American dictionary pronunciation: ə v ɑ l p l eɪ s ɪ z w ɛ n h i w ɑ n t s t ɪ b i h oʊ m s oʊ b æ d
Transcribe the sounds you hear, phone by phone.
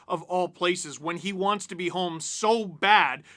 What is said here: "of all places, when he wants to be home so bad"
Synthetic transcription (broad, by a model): ə v ɑ l p l eɪ s ɪ z w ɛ n i w ɑ n t s t ɪ b i h oʊ m s oʊ b æ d